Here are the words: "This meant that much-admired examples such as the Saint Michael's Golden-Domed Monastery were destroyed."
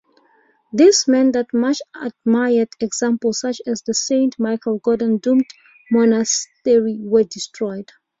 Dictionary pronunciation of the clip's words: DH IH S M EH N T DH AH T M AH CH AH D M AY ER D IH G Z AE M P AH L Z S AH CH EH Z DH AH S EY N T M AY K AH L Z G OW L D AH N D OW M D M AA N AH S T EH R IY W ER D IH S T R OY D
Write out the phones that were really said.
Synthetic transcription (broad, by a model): DH IH S M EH N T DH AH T M AH CH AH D M AY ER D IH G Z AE M P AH L S AH CH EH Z DH AH S EY N T M AY K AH L G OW D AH N D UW M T M AA N AH S T EH R IY W ER D IH S T R OY D